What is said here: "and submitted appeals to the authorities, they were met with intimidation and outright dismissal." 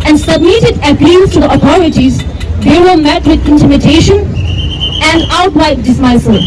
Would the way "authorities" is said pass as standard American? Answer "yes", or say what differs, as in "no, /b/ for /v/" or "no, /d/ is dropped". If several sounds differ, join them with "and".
no, /t/ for /θ/